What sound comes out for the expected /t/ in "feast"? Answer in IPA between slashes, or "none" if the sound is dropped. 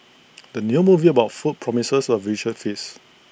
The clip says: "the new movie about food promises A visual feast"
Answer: none